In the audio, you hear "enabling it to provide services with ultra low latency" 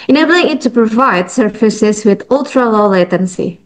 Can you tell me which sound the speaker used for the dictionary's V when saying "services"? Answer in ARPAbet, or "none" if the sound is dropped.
F